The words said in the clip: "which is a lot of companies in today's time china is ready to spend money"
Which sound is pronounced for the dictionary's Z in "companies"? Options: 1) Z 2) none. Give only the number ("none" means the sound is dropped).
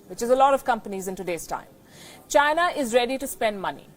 1